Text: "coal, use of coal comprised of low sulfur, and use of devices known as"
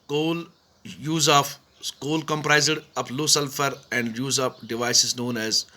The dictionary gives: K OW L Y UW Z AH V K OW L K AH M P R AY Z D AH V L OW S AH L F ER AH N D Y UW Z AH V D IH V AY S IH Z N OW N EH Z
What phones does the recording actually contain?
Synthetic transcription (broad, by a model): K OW L Y UW Z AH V K OW L K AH M P R AY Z D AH P L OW S AH L F ER AH N D Y UW Z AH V D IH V AY S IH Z N OW N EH Z